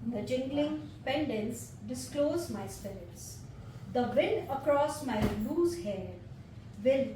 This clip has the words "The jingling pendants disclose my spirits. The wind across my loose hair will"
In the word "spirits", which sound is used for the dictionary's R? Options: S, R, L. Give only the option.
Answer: L